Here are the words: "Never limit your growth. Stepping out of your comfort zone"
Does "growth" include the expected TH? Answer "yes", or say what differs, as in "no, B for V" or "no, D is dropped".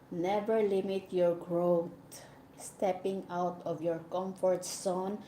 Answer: no, T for TH